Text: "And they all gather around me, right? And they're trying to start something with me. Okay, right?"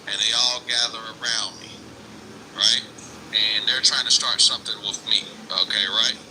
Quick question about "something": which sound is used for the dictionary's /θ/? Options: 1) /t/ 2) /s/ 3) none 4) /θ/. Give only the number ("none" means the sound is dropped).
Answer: 4